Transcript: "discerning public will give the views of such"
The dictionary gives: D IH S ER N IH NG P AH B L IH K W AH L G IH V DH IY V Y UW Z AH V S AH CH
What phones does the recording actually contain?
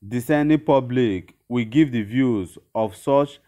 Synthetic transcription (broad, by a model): D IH S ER N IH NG P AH B L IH K W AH G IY V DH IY V Y UW Z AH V S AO CH